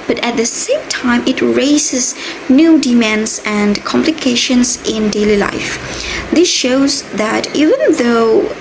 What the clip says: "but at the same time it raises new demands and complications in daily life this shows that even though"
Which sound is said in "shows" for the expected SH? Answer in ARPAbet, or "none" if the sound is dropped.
SH